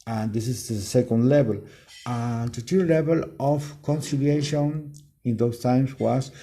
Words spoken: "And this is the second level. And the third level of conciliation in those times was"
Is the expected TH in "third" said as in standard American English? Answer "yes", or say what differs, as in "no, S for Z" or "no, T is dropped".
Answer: no, T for TH